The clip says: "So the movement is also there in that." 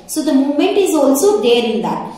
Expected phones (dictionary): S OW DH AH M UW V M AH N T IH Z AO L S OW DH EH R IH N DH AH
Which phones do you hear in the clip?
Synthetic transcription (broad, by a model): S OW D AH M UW M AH N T IH Z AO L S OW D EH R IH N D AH